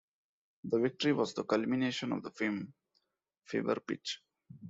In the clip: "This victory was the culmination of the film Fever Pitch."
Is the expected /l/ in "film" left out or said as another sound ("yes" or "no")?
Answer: yes